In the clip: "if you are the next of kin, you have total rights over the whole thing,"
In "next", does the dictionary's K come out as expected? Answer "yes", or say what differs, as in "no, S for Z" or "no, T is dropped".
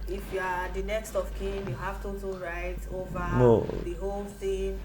yes